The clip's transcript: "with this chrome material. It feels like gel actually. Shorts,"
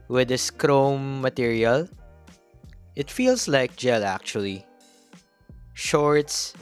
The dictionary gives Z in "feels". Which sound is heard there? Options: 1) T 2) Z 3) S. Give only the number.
3